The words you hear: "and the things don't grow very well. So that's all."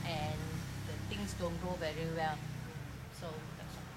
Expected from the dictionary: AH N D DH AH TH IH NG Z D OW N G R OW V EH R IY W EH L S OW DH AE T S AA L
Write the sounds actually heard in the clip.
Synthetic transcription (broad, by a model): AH N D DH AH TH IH NG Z D OW N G OW V EH R IY W EH L S OW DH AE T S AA